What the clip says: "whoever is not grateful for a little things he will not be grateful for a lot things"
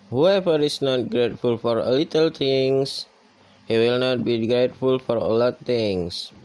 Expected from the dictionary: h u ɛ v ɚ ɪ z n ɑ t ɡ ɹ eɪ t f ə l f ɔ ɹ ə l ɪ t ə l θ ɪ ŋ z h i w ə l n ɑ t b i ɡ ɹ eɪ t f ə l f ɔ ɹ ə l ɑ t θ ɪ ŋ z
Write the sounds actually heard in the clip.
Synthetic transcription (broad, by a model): h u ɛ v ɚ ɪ s n ɑ t ɡ ɹ eɪ t f ə l f ɔ ɹ ə l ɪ t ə l t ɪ ŋ s h i w ə l n ɑ t b i ɡ ɹ eɪ t f ə l f ɔ ɹ ə l ɑ t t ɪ ŋ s